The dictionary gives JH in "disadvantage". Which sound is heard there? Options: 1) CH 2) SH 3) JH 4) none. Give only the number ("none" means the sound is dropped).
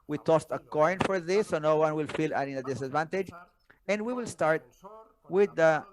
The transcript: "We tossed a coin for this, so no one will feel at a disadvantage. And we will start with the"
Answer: 3